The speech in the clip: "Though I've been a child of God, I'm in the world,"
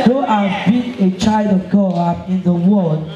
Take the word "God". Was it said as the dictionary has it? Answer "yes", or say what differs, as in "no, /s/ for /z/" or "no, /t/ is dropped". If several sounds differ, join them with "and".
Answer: no, /d/ is dropped